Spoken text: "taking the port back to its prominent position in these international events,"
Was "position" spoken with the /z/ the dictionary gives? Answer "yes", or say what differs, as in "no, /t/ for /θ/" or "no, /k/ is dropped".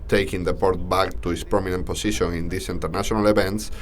no, /s/ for /z/